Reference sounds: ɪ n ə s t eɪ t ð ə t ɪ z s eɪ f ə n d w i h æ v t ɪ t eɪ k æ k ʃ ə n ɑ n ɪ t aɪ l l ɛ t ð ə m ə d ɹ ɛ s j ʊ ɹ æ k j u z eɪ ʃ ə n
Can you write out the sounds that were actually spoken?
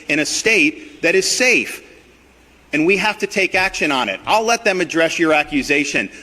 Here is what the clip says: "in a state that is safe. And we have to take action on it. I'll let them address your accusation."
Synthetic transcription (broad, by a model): ɪ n ə s t eɪ t ð ə t ɪ z s eɪ f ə n w i h æ f t ɪ t eɪ k æ k ʃ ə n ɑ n ɪ t aɪ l l ɛ t ð ə m ə d ɹ ɛ s j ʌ ɹ æ k j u z eɪ ʃ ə n